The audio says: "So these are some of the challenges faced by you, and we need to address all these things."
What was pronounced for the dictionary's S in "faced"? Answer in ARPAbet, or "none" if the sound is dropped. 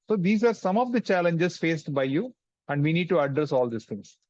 S